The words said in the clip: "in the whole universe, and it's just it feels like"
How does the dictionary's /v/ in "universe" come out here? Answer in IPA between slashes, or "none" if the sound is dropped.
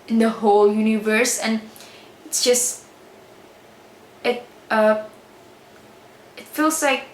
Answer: /v/